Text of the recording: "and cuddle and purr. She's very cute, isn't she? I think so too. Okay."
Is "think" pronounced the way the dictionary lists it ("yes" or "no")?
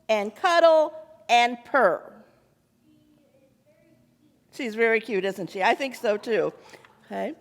yes